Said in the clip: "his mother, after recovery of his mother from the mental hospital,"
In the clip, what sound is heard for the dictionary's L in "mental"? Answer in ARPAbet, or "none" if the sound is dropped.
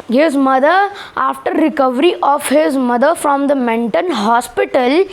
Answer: N